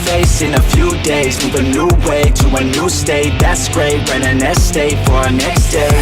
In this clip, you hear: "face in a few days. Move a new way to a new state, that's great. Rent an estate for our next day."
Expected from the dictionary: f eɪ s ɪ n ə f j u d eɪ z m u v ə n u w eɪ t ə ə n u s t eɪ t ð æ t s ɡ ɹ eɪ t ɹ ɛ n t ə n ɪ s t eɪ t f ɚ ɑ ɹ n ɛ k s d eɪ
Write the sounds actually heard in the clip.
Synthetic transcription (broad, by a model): f eɪ s ɪ n ə f j u d eɪ z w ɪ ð ə n u w eɪ t ə ə n u s t eɪ t ð æ t s ɡ ɹ eɪ t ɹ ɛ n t ə n ɪ s t eɪ t f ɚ ɹ n ɛ k s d eɪ